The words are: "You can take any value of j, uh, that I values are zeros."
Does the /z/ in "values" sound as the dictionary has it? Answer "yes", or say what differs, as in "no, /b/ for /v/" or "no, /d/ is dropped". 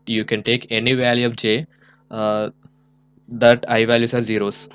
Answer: no, /s/ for /z/